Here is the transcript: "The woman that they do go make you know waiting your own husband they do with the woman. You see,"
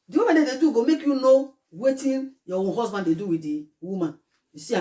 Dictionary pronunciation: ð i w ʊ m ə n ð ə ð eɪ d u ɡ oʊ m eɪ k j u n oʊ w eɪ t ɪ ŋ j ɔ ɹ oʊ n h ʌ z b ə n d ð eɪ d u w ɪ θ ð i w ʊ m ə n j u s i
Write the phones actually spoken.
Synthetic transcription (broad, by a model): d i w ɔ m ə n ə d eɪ d u ɡ oʊ m eɪ k j u n oʊ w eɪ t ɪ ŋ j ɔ w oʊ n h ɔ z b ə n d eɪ d u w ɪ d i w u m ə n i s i